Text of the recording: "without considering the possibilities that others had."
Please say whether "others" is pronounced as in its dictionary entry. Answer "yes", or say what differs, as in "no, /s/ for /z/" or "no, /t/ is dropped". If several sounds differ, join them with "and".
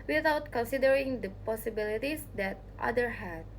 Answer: no, /z/ is dropped